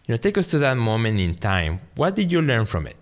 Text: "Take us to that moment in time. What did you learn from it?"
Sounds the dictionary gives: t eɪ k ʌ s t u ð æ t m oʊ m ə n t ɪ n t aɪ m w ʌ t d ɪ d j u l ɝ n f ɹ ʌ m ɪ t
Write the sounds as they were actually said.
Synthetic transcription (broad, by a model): t eɪ k ʌ s t u ð æ t m oʊ m ə n t ɪ n t aɪ m w ʌ t d ɪ d j u l ɝ n f ɹ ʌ m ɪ t